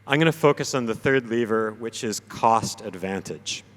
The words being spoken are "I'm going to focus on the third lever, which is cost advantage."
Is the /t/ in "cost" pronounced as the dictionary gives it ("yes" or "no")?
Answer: yes